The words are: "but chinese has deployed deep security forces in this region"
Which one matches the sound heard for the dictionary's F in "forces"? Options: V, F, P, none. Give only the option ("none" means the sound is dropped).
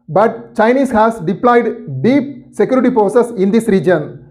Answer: P